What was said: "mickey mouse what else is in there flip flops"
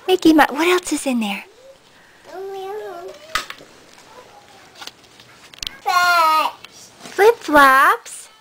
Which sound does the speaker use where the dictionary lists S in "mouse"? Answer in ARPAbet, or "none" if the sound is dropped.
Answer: none